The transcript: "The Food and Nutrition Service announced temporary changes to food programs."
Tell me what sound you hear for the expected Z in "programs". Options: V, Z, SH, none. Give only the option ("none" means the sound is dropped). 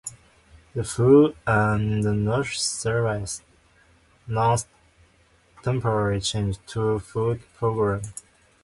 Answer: none